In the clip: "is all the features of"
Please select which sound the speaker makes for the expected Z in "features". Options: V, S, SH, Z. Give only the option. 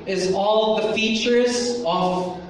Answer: Z